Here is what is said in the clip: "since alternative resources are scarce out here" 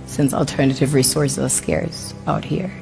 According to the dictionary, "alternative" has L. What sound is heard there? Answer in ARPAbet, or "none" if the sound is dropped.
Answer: L